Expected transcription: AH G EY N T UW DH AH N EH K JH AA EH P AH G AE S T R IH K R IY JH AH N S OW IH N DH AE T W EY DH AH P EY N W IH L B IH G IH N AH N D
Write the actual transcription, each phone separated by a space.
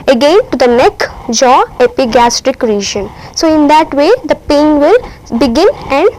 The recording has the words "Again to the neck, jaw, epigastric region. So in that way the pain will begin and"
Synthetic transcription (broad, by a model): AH G EY N T UW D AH N EH K JH AA EH P AH G AE S T R IH K R IY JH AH N S OW IH N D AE T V EY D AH P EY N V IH L B IH G IH N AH N D